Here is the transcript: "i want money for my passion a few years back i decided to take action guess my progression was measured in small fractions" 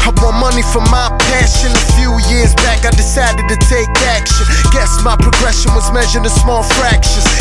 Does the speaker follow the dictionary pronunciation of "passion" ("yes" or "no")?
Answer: yes